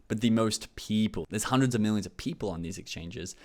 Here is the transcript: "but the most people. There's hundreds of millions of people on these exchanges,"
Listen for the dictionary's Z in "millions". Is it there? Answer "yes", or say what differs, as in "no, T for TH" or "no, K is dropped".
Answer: yes